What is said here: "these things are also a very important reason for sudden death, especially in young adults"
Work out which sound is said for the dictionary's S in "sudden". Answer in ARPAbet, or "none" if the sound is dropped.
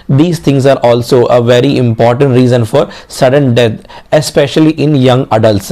S